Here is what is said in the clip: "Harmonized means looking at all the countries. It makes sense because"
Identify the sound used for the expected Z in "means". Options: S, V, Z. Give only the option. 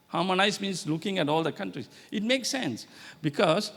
S